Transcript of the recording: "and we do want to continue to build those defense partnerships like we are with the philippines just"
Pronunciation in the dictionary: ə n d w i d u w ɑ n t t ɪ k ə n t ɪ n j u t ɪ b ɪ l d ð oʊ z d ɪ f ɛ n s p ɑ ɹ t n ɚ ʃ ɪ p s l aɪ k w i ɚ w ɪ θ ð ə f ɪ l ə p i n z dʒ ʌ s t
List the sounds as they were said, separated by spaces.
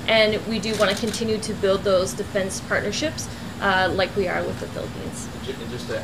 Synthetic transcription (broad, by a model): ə n w i d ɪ w ɑ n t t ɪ k ə n t ɪ n j u t ɪ b ɪ l d ð oʊ z d ɪ f ɛ n s p ɑ ɹ t n ɚ ʃ ɪ p s l aɪ k w i ɚ w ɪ ð ə f ɪ l ə p i n z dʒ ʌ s